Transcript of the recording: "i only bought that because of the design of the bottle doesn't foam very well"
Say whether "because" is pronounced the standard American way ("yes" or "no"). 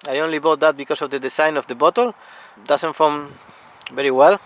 no